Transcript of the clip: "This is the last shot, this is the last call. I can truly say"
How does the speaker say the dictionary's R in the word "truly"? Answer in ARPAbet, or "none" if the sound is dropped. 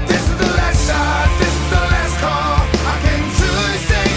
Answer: none